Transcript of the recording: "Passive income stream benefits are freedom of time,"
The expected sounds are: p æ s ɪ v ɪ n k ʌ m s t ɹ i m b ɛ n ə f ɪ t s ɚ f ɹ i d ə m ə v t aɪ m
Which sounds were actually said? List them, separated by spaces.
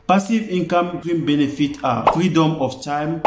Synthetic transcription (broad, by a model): p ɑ s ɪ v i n k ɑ m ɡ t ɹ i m b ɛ n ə f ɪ t ɑ f ɹ i d ə m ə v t aɪ m